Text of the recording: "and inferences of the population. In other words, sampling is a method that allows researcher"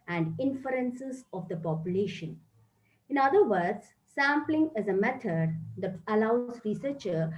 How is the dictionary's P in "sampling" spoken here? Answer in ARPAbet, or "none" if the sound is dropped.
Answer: P